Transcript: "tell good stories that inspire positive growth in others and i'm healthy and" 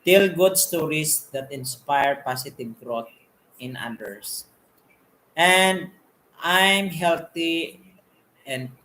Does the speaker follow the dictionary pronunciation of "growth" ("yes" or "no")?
no